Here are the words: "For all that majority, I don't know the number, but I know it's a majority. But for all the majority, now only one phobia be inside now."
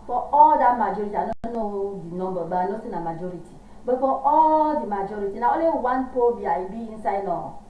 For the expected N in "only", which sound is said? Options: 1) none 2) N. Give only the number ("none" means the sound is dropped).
1